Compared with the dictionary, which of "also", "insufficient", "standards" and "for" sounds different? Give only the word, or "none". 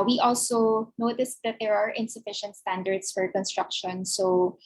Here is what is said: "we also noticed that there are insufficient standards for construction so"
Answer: standards